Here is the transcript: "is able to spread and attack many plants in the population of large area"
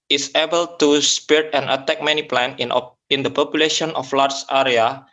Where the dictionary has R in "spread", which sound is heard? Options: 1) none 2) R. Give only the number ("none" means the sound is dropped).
1